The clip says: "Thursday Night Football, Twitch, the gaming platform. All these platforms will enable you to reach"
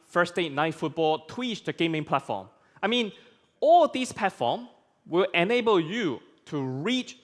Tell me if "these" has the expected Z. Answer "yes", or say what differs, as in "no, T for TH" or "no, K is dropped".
no, S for Z